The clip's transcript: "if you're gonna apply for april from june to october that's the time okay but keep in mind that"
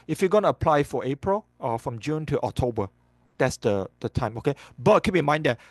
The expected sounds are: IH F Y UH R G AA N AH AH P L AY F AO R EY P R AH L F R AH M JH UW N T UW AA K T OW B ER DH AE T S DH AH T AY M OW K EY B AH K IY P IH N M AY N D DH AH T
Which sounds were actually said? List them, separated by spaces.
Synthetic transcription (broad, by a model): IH F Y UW G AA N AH AH P L AY F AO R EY P R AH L F R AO M JH UW N T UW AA K T OW B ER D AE T S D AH T AY M OW K EY B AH K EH B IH M AY N D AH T